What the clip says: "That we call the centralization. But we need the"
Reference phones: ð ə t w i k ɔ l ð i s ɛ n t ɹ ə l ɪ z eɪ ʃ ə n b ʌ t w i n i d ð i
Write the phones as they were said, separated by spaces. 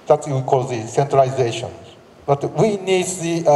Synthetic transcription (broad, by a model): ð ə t w i k ɔ l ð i s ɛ n t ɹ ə ɪ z eɪ ʃ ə n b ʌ t w i n i d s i